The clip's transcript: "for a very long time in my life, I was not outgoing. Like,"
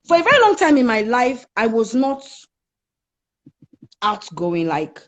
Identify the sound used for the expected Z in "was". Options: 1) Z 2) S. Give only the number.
1